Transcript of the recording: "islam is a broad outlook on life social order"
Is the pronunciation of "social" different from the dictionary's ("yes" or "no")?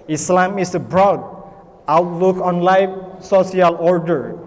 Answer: yes